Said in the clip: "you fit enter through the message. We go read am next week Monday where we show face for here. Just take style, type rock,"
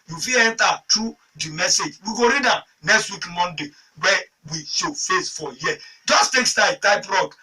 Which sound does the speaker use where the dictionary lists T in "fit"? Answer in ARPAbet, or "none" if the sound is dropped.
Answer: none